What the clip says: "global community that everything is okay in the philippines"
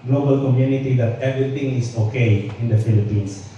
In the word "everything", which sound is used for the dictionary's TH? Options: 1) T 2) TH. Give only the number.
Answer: 1